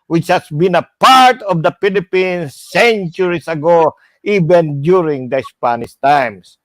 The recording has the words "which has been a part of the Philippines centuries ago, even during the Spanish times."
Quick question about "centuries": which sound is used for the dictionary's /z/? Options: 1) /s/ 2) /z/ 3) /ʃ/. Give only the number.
1